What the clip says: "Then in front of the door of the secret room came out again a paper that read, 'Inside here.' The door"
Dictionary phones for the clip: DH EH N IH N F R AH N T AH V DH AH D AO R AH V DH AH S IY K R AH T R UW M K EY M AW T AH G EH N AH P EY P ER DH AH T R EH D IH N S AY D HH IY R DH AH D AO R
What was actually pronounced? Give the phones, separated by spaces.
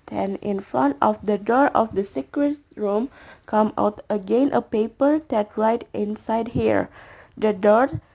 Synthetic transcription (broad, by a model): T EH N IH N F R AH N T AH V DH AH D AO R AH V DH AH S IY K R AH T R UW M K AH M AW T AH G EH N AH P EY P ER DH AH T R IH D IH N S AY D HH IY R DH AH D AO R